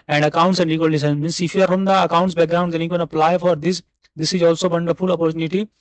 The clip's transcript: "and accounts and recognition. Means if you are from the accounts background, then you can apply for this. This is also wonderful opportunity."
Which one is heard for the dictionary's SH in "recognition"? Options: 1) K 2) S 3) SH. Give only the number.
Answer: 2